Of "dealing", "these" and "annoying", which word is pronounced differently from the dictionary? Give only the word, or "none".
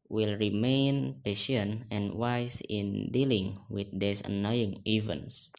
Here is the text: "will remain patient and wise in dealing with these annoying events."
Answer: these